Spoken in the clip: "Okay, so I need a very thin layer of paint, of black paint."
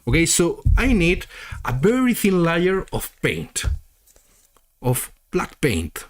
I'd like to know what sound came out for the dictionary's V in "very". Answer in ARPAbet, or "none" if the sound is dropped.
B